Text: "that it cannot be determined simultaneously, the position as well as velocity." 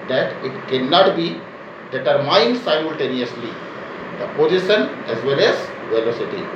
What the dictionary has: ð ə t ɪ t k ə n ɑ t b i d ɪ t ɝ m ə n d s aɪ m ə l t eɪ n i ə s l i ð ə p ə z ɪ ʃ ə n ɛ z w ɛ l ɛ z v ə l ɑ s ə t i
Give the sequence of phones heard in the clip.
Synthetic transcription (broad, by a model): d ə t ɪ t k ə n ɑ t b i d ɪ t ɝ m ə n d s aɪ m ə l t eɪ n i ə s l i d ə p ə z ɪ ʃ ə n ɛ z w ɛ l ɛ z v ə l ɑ s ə t i